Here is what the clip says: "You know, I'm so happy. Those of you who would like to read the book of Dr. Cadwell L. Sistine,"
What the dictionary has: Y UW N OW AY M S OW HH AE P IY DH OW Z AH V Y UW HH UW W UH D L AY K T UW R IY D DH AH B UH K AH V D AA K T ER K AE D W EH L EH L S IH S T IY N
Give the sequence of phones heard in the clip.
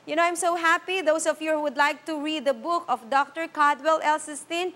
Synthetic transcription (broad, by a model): Y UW N OW AY M S OW HH AE P IY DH OW S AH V Y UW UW W UH D L AY K T UW R IY D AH B UH K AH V D AA K T ER K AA D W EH L EH L S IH S T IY N